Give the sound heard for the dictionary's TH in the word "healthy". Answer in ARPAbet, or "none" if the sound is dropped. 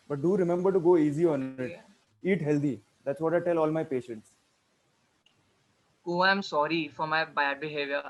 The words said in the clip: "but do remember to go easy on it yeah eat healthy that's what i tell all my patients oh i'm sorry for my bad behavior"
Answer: T